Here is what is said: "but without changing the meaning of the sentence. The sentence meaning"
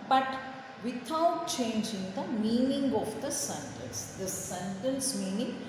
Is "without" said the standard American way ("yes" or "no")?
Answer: no